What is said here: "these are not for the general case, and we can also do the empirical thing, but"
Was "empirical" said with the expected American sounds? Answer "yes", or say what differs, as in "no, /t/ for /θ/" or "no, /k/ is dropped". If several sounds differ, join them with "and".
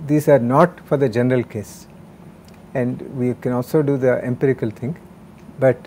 yes